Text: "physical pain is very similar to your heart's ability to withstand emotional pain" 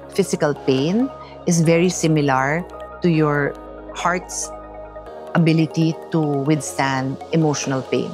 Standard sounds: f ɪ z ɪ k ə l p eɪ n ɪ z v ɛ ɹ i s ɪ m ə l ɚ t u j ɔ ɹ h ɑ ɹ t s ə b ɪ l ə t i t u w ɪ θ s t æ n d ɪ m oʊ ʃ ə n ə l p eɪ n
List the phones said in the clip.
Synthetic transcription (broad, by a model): f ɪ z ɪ k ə l p eɪ n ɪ s v ɛ ɹ i s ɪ m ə l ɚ t u j ɔ ɹ h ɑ ɹ t s ə b ɪ l ə t i t u w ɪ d s t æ n d ɪ m oʊ ʃ ə n ə l p eɪ n